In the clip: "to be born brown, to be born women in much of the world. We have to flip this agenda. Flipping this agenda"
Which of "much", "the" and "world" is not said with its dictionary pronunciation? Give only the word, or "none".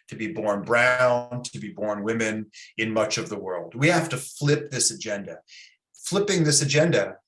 none